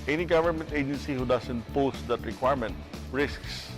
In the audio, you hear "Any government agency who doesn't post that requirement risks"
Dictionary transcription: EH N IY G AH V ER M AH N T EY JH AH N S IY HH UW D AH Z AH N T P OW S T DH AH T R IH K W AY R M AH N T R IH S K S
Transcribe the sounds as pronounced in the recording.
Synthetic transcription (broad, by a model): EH N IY G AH V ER M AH N T EY JH AH N S IY HH UW D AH S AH N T P OW S T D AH T R IH K W AY R M AH N T R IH S K S